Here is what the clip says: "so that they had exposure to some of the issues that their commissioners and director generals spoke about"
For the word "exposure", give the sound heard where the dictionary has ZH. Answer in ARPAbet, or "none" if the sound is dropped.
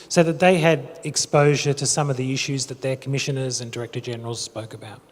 ZH